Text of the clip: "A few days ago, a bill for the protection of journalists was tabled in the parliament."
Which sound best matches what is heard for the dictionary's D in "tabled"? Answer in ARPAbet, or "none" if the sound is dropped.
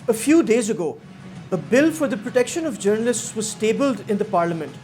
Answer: D